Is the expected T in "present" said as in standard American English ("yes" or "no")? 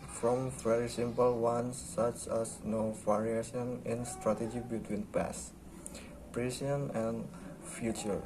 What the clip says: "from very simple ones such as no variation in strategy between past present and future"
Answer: no